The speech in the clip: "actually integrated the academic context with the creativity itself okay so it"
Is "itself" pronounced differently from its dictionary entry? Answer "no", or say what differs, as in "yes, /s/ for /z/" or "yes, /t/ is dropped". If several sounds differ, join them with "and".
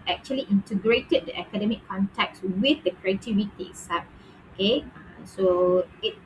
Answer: yes, /l/ is dropped